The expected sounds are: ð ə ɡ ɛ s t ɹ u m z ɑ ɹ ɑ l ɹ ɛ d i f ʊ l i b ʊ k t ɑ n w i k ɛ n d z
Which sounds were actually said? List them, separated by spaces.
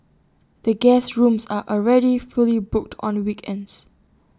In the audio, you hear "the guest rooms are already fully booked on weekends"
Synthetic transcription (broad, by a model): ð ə ɡ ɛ s ɹ u m s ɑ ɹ ɑ l ɹ ɛ d i f ʊ l i b ʊ k t ɑ n w i k ɛ n d s